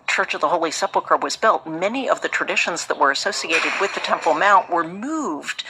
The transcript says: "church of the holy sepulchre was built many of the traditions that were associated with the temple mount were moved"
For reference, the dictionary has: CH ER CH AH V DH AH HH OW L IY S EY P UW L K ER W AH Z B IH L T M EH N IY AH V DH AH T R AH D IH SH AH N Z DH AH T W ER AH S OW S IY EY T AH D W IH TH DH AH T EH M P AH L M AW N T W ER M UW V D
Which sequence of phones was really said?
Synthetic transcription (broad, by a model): CH ER CH AH V DH AH HH OW L IY S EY P L K ER W AH Z B IH L T M EH N IY AH V DH AH T R AH D IH SH AH N Z DH AH T W ER AH S OW S IY EY T AH D W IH DH AH T EH M P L M AW N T W ER M UW V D